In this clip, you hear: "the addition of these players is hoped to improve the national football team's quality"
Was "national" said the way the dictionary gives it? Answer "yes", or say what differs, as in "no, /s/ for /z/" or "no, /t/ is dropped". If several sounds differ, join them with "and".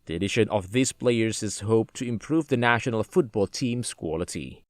yes